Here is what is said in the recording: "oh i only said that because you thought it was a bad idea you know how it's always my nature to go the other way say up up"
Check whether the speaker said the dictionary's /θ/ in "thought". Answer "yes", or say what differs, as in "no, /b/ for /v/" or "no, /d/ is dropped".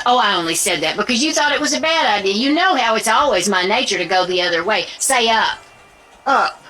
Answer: yes